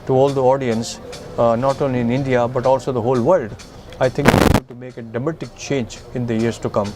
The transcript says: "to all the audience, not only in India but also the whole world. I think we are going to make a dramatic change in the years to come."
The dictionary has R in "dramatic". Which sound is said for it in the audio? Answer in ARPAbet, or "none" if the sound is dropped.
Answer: none